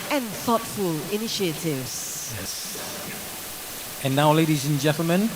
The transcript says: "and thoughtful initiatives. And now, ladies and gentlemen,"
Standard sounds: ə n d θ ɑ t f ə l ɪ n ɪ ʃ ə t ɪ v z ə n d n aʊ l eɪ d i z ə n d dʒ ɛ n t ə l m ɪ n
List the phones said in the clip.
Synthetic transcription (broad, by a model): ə n θ ɑ t f ə l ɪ n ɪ ʃ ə t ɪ v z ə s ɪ n aʊ l eɪ d i z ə n dʒ ɛ n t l m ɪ n